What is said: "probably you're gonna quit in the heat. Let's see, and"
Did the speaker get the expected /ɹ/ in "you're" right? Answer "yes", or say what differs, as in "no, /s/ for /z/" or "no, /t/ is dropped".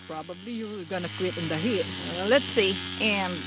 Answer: no, /l/ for /ɹ/